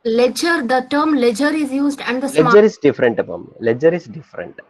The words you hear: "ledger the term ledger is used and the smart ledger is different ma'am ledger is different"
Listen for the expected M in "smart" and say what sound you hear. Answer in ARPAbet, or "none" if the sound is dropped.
none